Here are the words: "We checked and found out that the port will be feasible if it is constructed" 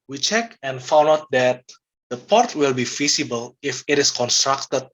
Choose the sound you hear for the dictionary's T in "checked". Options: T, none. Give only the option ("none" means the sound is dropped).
none